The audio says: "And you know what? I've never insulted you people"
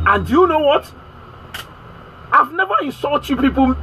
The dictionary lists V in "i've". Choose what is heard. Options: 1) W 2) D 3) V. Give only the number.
3